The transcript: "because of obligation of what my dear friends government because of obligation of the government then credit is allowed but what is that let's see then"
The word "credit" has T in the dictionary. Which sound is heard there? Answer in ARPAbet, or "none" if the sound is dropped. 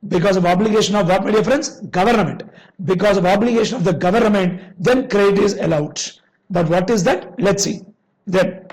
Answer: none